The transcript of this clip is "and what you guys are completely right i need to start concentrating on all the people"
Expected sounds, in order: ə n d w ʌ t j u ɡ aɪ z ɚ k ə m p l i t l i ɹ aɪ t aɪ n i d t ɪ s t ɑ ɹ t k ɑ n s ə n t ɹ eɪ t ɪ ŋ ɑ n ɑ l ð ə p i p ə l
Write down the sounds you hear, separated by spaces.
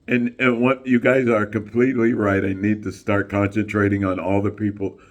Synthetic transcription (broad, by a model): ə n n w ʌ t j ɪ ɡ aɪ z ɚ k ə m p l i t l i ɹ aɪ t aɪ n i d t ɪ s t ɑ ɹ t k ɑ n s ə n t ɹ eɪ t ɪ ŋ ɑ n ɑ l ð ə p i p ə l